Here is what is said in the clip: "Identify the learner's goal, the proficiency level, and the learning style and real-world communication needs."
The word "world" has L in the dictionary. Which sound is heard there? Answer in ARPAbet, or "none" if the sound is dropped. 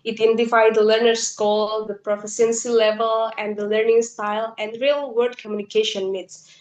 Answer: none